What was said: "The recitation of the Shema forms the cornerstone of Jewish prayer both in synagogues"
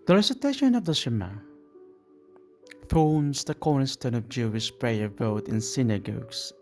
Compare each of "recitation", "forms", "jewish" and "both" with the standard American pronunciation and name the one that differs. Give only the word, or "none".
both